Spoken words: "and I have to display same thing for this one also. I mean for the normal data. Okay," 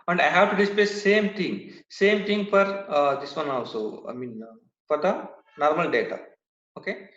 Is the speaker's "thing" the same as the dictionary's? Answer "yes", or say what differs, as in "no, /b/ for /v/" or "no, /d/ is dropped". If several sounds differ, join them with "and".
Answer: no, /s/ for /θ/